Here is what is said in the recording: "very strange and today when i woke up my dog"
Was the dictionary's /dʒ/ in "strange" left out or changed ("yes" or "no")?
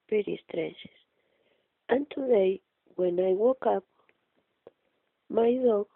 yes